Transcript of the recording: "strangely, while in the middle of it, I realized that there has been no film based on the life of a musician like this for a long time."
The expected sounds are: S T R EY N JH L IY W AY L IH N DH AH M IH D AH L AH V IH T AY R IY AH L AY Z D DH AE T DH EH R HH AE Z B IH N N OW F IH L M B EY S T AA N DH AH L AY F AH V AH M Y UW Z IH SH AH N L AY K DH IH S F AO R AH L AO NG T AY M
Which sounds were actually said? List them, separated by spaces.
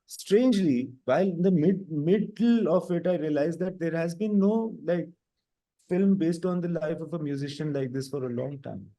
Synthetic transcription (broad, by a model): S T R EY N JH L IY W AY L IH N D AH M IH D AH L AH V IH T AY R IY AH L AY Z D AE T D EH R HH AE Z B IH N L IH F IH L M B EY S T AA N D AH L AY F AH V AH M Y UW Z IH SH AH N L AY K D IH S F AO R AH L AO NG T AY M